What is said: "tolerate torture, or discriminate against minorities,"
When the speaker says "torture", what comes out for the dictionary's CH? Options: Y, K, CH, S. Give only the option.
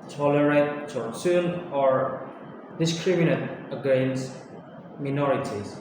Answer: S